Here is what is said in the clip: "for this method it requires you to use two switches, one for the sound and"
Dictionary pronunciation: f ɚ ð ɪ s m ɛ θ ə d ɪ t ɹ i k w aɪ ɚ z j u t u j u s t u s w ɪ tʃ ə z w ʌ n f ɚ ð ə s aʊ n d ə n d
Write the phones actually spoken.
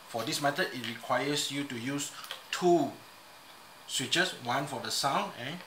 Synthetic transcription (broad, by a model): f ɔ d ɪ s m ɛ t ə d ɪ t ɹ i k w aɪ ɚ s j u t u j u s t u s w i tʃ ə s w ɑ n f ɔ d ə s aʊ n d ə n